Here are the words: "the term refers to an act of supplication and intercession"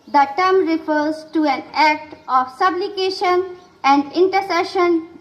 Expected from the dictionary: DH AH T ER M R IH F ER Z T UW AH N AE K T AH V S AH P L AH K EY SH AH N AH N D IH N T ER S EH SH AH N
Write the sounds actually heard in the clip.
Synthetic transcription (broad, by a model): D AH T ER M R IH F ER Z T UW AH N AE K T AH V S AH B L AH K EY SH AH N AH N D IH N T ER S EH SH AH N